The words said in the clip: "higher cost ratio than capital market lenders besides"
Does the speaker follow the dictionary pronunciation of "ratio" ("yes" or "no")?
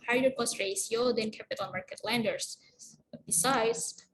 no